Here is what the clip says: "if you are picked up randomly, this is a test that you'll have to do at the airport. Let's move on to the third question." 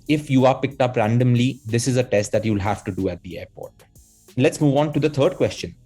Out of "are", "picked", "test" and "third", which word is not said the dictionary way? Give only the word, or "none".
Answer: third